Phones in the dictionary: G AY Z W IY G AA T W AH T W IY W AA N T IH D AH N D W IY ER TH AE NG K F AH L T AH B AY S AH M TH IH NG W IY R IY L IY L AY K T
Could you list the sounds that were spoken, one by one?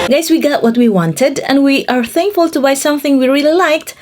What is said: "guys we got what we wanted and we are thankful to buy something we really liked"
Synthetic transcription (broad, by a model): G AY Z W IY G AA T W AH T W IY W AA N T IH D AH N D W IY ER TH AE NG K F AH L T AH B AY S AH M TH IH NG W IY R IY L IY L AY K T